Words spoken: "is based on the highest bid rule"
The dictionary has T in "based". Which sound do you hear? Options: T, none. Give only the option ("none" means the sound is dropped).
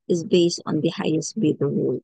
T